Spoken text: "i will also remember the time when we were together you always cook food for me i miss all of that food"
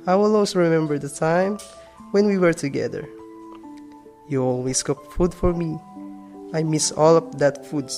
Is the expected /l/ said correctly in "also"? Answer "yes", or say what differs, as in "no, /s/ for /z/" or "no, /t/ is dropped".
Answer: no, /w/ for /l/